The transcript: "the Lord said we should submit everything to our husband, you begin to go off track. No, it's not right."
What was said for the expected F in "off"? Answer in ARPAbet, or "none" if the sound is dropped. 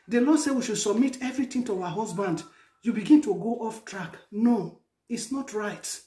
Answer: F